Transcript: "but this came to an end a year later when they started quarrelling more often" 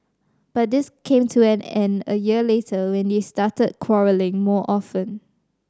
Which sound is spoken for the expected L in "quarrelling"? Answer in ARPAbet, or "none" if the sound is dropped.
L